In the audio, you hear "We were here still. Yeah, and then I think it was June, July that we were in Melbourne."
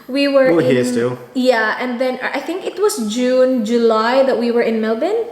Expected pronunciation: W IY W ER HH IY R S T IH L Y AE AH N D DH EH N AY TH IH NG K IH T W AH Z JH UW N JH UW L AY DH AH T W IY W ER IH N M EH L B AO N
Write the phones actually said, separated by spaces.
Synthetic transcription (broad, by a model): W IY W ER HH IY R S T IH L Y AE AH N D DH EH N AY TH IH NG K IH T W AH S JH UW N JH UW L AY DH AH T W IY W ER IH N M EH L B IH N